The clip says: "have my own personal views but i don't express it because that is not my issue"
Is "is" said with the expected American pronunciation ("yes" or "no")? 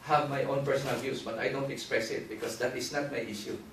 no